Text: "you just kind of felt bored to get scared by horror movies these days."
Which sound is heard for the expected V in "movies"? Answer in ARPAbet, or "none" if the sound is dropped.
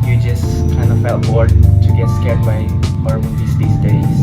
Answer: none